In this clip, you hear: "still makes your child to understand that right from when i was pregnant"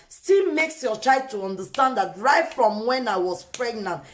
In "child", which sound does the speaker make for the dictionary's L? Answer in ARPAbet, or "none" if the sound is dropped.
none